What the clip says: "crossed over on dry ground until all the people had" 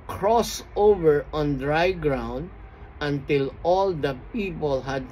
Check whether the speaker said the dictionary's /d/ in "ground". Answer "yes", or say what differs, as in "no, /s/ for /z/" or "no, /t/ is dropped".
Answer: yes